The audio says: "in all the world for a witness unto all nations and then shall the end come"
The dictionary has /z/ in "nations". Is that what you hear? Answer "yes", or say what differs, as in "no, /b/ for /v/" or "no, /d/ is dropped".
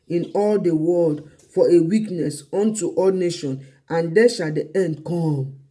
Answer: no, /z/ is dropped